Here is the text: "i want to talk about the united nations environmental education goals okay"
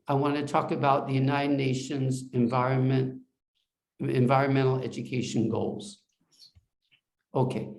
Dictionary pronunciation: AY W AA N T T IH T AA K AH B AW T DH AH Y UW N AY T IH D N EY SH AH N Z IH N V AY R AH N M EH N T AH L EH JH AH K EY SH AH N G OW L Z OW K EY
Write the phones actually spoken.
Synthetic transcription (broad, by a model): AY W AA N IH T AA K AH B AW T DH AH Y UW N AY T IH D N EY SH AH N Z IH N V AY R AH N M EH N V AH L EH JH AH K EY SH AH N G OW L Z OW K EY